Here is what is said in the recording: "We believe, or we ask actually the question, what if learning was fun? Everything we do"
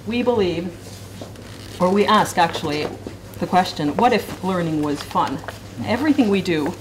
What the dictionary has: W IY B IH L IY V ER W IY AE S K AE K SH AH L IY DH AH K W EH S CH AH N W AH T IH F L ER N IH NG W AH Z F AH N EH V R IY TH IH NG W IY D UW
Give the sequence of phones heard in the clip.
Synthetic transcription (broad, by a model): W IY B IH L IY V ER W IY AE S K AE K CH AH L IY DH AH K W EH S CH AH N W AH T IH F L ER N IH NG W AH Z F AH N EH V R IY TH IH NG W IY D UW